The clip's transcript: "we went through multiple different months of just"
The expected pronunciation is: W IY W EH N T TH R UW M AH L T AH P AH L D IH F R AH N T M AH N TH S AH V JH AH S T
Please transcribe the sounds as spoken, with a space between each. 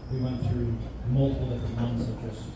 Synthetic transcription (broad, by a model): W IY W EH N TH R UW M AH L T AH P L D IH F R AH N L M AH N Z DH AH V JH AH S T